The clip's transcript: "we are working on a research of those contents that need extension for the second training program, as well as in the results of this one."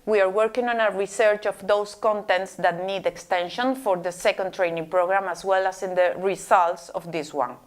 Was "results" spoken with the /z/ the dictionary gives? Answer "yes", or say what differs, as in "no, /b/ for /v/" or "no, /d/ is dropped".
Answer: no, /s/ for /z/